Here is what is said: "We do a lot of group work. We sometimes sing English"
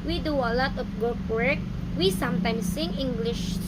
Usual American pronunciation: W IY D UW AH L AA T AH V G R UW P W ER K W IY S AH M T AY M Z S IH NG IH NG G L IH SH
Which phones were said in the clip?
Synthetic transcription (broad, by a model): W IY D UW AH L AA T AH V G UW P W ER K W IY S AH M T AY M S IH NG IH NG G L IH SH